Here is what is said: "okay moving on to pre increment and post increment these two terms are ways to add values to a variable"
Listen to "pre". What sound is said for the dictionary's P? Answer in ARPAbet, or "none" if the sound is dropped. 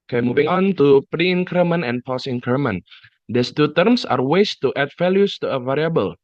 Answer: P